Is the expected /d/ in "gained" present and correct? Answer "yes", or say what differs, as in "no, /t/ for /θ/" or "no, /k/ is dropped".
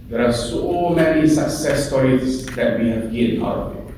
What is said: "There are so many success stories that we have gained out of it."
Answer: no, /d/ is dropped